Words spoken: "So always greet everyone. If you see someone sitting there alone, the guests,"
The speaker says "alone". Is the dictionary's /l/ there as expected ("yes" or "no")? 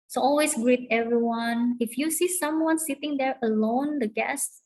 yes